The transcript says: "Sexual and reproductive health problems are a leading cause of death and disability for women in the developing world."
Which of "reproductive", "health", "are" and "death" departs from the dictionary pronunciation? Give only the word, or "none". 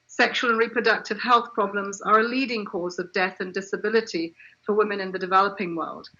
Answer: none